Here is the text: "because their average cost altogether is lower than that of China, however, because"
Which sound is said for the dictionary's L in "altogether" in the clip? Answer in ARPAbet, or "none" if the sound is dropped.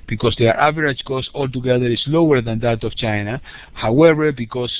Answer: L